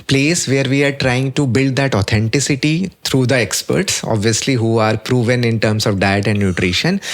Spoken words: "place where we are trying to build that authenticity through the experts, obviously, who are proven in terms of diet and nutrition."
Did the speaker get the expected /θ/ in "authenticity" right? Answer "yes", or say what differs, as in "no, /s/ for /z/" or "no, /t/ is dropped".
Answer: no, /t/ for /θ/